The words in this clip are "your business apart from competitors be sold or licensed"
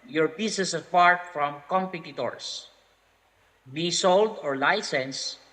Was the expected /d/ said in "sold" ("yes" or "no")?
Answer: yes